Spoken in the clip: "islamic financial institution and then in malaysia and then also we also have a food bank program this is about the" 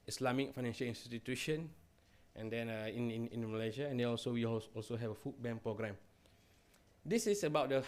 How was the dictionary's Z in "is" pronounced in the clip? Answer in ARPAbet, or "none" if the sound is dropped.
S